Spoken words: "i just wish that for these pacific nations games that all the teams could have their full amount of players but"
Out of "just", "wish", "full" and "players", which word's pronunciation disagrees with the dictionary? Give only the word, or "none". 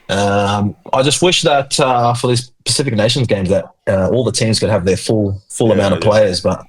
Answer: none